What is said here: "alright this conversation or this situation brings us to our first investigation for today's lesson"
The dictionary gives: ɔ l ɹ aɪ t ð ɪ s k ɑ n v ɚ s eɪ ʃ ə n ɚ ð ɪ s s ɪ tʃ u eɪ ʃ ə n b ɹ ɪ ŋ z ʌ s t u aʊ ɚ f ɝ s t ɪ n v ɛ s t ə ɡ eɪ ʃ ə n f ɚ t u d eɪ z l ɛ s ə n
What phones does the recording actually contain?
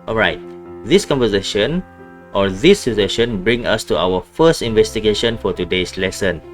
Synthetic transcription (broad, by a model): ɔ l ɹ aɪ t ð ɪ s k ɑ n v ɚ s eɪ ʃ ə n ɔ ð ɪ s s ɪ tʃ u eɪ ʃ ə n b ɹ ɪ ŋ ʌ s t u aʊ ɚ f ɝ s t ɪ n v ɛ s t ə ɡ eɪ ʃ ə n f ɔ t u d eɪ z l ɛ s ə n